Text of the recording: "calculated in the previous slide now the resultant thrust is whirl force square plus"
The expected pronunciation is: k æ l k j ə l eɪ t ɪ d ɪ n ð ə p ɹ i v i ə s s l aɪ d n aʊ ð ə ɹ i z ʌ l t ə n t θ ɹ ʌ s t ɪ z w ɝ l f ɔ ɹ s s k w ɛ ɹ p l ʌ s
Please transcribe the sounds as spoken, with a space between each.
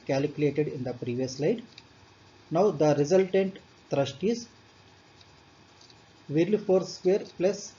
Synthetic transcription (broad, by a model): k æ l k j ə l eɪ t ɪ d ɪ n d ə p ɹ i v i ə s s l aɪ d n aʊ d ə ɹ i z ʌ l t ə n t t ɹ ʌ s t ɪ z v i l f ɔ ɹ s s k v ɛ ɹ p l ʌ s